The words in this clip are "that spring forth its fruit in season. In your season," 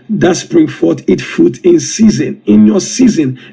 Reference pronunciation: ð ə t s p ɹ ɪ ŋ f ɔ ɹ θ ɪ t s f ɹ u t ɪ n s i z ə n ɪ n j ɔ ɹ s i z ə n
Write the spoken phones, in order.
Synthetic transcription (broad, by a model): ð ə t s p ɹ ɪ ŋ f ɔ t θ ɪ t f u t ɪ n s i z ə n ɪ n j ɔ s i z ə n